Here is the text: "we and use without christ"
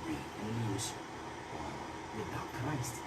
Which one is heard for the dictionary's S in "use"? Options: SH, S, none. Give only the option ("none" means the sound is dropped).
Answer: none